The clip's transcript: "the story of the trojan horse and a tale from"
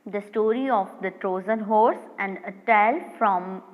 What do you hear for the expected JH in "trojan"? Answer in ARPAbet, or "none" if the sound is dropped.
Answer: Z